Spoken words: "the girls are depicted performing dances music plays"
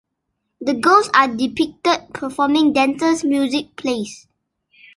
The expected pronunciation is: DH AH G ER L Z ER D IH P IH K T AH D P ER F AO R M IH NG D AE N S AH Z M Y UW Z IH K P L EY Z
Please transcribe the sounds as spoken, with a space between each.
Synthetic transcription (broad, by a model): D AH G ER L S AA D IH P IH K T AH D P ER F AO M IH NG D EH N S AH S M Y UW Z IH K P L EY S